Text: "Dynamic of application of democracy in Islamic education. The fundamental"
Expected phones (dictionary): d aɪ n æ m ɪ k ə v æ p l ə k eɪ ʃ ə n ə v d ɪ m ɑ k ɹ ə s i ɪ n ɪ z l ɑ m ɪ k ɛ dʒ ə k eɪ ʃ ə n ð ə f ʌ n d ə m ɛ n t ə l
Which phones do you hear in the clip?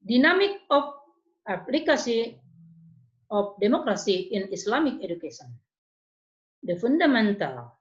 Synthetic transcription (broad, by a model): d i n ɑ m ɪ k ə f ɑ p l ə k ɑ s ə ə f d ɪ m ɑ k ɹ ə s i ɪ n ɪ s l ɑ m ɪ k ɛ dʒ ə k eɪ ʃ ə n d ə f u n d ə m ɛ n t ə l